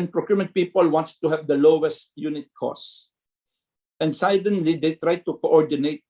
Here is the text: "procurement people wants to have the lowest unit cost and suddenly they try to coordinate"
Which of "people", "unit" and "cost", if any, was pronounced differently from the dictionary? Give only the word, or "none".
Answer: cost